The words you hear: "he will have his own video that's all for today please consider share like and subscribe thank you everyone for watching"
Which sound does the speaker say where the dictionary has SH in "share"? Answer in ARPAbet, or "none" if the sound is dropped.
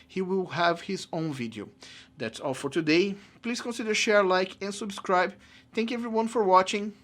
SH